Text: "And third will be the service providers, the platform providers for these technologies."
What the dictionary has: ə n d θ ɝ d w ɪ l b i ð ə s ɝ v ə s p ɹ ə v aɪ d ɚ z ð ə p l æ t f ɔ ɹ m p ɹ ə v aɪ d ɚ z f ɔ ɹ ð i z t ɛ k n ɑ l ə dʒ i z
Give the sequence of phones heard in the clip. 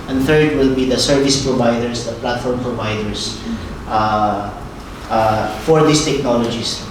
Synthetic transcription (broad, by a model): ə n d θ ɝ d w ɪ l b i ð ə s ɝ v ə s p ɹ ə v aɪ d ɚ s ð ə p l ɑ t f ɔ ɹ m p ɹ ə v aɪ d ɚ s f ɔ ɹ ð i s t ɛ k n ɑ l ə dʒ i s